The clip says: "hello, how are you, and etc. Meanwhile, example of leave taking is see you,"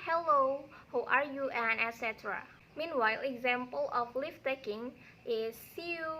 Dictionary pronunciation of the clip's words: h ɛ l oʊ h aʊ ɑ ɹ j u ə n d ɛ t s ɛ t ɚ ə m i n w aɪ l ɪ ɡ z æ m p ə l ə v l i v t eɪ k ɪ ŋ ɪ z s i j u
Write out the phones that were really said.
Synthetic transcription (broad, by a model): h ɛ l oʊ h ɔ ɑ ɹ j u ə n ɛ t s ɛ t ɚ ə m i n w aɪ l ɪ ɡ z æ m p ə l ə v l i f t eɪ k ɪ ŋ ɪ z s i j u